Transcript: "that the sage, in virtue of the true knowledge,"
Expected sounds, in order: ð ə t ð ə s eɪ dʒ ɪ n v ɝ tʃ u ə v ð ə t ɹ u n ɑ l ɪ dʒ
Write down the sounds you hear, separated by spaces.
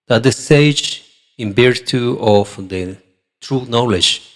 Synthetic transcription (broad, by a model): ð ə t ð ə s eɪ dʒ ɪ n b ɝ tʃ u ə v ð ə t ɹ u n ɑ l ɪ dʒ